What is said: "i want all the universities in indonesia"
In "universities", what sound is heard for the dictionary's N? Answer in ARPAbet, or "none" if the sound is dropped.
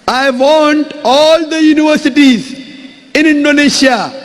N